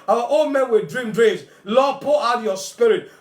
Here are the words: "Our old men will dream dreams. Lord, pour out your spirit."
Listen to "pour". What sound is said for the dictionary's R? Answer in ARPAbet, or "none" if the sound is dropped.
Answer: L